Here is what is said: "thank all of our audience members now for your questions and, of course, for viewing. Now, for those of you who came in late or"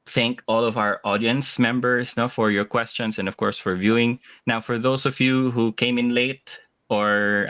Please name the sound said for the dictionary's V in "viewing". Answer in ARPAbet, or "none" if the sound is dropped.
V